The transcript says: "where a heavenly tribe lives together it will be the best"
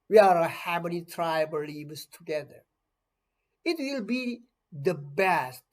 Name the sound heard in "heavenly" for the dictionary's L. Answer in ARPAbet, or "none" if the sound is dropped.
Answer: none